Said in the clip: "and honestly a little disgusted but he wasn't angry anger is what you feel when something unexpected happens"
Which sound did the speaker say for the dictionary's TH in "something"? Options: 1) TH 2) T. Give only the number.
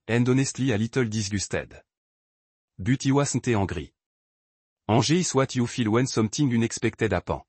2